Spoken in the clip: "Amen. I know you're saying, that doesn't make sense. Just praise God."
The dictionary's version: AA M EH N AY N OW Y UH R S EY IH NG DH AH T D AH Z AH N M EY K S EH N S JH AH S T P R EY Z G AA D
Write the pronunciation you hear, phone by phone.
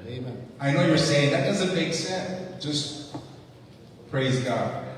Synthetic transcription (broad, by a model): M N AY N OW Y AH R S EY IH NG DH AH T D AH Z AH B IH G S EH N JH AH S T P R EY Z G AA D